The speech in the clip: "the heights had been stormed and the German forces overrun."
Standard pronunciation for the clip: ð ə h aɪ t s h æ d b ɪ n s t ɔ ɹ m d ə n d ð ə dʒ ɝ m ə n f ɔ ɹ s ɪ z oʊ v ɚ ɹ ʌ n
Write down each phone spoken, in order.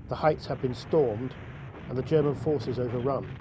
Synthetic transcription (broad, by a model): ð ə h aɪ t s h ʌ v b ɪ n s t ɔ ɹ m d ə n ð ə dʒ ɝ m ə n f ɔ ɹ s ɪ z oʊ v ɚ ɹ ʌ n